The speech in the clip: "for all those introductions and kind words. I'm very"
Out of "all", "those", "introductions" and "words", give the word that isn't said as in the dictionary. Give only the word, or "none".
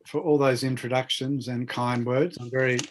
none